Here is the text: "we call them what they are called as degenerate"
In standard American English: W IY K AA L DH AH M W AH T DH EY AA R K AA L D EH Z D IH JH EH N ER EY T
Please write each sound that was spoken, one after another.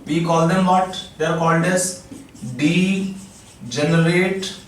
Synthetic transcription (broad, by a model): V IY K AA L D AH M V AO T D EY R K AA L D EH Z D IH JH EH N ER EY T